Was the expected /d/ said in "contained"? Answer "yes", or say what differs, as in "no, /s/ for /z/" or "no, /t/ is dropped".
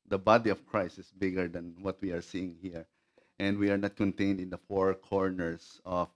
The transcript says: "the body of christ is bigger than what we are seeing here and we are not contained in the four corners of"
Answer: yes